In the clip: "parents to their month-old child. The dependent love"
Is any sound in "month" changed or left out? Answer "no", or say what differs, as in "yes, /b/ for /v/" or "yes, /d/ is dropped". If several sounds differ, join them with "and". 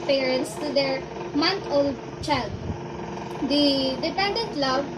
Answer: yes, /t/ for /θ/